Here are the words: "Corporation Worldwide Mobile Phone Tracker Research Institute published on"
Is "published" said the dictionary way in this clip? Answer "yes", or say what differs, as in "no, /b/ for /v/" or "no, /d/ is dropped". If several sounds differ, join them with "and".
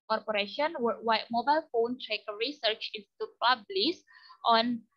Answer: no, /s/ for /ʃ/